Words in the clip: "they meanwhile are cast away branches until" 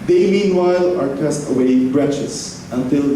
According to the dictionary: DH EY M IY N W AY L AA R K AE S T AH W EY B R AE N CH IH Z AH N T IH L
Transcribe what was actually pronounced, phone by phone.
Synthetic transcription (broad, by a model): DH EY M IY N W AY L AA R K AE S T AH W EY B R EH CH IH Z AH N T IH L